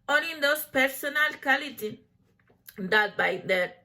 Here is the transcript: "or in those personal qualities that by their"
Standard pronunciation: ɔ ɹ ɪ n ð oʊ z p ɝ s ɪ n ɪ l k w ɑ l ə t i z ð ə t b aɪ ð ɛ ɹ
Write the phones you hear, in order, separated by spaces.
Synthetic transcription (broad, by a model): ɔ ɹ ɪ n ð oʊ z p ɝ s ɪ n ɪ l k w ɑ l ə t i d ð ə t b aɪ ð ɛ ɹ